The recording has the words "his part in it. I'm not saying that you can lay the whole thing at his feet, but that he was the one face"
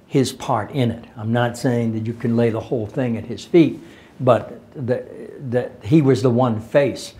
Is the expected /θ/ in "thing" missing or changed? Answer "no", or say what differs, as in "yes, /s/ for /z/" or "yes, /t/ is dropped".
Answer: no